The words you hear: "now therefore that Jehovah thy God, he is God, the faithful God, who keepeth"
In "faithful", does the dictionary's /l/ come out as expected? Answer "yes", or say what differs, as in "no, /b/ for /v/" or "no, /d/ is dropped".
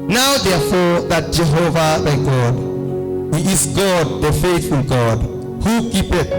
no, /n/ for /l/